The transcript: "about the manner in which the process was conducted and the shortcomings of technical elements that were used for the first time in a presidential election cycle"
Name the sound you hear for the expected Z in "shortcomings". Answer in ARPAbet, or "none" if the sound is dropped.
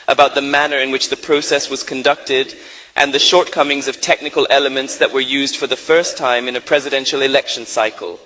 Z